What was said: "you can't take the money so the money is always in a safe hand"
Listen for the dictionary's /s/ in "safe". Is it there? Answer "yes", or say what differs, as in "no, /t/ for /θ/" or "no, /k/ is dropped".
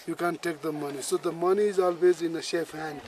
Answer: no, /ʃ/ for /s/